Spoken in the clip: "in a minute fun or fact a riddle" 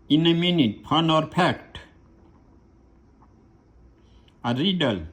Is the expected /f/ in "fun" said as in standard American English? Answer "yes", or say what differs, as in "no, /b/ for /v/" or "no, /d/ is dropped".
no, /p/ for /f/